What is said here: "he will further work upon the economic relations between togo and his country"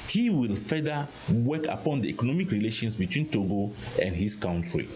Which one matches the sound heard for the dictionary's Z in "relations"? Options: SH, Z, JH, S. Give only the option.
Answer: S